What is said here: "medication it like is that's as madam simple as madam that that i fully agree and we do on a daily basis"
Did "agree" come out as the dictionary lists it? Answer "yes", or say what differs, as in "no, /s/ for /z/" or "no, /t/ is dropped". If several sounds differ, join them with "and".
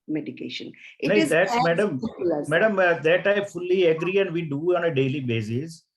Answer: yes